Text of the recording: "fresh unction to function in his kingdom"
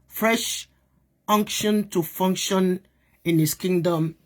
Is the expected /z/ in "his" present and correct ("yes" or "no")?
no